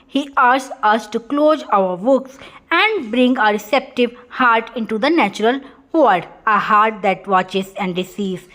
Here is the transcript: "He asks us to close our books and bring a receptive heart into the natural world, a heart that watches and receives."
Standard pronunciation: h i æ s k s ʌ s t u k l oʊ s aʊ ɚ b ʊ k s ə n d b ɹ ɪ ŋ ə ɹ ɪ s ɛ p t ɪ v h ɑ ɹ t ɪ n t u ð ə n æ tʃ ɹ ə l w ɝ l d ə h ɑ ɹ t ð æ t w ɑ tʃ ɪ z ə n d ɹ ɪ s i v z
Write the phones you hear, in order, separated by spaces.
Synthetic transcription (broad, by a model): h i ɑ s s ʌ s t u k l oʊ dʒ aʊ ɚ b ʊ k s ə n d b ɹ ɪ ŋ ə ɹ ɪ s ɛ p t ɪ v h ɑ ɹ t ɪ n t u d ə n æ tʃ ɹ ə l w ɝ d ə h ɑ ɹ t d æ t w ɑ tʃ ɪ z ə n d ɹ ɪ s i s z